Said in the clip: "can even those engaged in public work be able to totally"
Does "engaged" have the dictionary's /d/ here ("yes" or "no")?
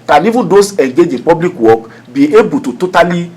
no